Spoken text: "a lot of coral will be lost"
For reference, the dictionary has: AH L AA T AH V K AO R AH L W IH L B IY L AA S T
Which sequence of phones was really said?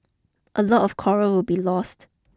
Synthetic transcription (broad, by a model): AH L AA T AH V K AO R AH W IH L B IY L AA S T